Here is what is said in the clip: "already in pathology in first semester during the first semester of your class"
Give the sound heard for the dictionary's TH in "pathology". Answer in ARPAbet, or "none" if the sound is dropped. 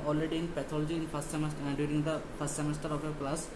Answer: T